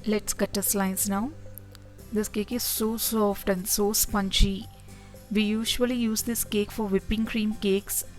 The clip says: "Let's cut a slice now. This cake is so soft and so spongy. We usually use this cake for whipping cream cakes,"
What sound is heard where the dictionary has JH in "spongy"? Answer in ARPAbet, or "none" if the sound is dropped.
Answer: CH